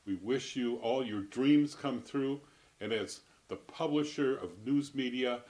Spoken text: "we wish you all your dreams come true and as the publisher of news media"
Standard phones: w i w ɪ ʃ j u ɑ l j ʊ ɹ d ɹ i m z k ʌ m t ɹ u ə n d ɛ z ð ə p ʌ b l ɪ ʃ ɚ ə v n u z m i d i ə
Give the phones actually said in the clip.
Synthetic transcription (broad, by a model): w i w ɪ ʃ j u ɑ l j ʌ ɹ d ɹ i m z k ʌ m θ ɹ u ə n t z ð ə p ʌ b l ɪ ʃ ɚ ə v n u z m i d i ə